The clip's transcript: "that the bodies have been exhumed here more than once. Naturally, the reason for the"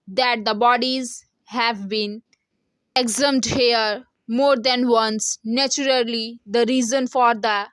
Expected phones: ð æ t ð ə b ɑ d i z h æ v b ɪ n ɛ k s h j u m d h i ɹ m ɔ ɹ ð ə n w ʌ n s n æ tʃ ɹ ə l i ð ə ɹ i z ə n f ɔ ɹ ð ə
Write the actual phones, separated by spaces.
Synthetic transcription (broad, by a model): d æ t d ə b ɑ d i z h æ v b ɪ n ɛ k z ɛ m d h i ɹ m ɔ ɹ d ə n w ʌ n s n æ tʃ ɹ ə l i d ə ɹ i z ə n f ɔ ɹ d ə